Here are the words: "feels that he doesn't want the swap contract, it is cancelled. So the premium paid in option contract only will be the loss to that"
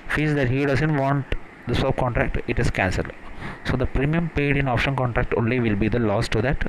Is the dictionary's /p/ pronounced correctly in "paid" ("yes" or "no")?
yes